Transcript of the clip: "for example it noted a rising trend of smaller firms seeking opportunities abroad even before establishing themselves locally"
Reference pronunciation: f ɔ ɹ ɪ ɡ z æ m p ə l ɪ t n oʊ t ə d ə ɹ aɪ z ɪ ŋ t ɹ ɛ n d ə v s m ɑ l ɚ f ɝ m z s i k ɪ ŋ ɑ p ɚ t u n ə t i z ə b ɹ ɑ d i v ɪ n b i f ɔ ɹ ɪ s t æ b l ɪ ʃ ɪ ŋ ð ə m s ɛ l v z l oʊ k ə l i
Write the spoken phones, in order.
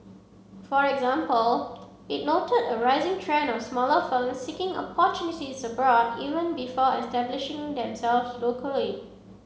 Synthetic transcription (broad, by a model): f ɔ ɹ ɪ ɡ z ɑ m p ə l ɪ t n oʊ t ə d ə ɹ aɪ z ɪ ŋ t ɹ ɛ n ə f s m ɑ l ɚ f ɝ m s i k ɪ ŋ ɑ p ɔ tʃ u n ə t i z ə b ɹ ɑ d i v ɪ n b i f ɔ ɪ s t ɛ b l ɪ ʃ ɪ ŋ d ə m s ɛ l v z l oʊ k ə l i